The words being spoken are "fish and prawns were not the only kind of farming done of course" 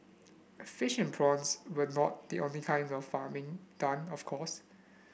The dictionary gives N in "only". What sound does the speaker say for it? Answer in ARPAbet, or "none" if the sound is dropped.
N